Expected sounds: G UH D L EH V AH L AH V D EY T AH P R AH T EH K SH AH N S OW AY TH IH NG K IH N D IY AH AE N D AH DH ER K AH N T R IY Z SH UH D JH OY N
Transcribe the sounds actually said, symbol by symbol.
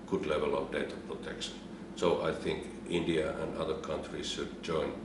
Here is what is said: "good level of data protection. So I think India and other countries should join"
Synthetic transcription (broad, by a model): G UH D L EH V AH L AH V D EY T AH P R AH T EH K SH AH N S OW AY TH IH NG K IH N D IY AH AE N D AH DH ER K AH N T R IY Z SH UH D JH OY N